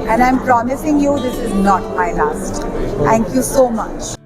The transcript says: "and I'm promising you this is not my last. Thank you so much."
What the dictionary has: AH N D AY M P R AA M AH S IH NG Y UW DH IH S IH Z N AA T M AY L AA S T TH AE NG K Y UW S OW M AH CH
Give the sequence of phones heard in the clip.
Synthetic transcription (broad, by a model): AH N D AY M P R AA M AH S IH NG Y UW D IH S IH Z N AA T M AY L AA S T T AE NG K Y UW S OW M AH CH